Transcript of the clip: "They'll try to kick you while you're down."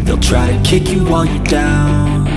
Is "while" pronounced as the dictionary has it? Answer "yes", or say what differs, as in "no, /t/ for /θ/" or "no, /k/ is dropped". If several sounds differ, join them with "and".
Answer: no, /n/ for /l/